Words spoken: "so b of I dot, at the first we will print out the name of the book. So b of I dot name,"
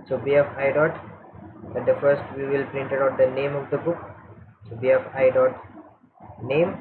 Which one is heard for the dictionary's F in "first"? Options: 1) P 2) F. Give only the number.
2